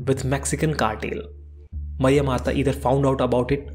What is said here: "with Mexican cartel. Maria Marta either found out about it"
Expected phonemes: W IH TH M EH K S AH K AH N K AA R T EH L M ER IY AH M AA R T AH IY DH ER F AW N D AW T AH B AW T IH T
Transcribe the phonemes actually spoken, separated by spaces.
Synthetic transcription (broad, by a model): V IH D M EH K S AH K AH N K AA R T EH L M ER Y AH M AA R T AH IY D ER F AW N D AW T AH B AW T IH T